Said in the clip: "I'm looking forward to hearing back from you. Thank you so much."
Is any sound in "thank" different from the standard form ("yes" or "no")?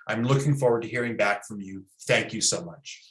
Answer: no